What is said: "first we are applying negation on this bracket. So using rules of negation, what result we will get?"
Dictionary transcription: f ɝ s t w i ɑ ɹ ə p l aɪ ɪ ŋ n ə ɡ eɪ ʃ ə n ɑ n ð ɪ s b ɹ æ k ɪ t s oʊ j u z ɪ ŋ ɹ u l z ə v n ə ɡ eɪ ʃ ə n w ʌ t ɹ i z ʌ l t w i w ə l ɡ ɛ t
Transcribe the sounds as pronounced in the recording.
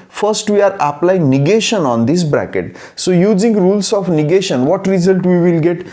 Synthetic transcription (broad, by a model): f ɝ s t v i ɑ ɹ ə p l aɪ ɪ ŋ n ə ɡ eɪ ʃ ə n ɑ n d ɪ s b ɹ æ k ɪ t s oʊ j u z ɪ ŋ ɹ u l s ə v n ə ɡ eɪ ʃ ə n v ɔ t ɹ i z ʌ l t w i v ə l ɡ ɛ t